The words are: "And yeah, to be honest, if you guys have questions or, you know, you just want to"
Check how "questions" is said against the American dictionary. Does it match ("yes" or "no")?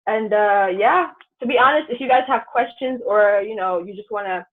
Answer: yes